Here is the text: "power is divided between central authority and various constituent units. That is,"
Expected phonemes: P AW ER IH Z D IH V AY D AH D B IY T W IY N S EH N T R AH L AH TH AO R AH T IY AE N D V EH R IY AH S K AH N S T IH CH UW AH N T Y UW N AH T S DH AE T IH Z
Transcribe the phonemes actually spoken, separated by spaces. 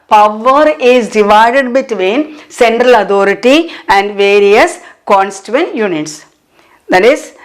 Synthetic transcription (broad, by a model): P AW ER IH Z D IH V AY D AH D B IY T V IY N S EH N T R AH L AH T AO R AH T IY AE N D V EH R IY AH S K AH N S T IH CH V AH N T Y UW N AH T S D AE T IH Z